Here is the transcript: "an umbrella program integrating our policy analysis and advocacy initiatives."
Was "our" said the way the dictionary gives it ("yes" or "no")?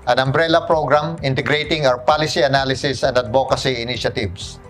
no